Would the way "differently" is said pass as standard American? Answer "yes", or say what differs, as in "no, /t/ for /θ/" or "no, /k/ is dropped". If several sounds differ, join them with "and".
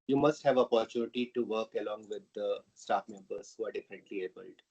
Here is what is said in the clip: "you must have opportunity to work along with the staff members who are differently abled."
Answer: no, /ɹ/ is dropped